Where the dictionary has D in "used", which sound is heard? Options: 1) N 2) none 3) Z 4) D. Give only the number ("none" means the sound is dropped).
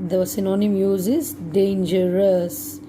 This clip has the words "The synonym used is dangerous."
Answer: 2